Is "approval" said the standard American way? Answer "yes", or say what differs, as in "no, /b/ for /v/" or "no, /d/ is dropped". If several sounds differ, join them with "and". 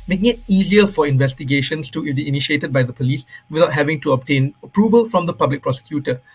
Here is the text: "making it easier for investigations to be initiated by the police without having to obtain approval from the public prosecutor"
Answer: yes